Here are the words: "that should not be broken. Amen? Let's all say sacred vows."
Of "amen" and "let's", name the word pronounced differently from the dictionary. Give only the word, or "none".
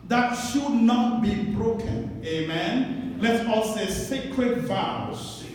let's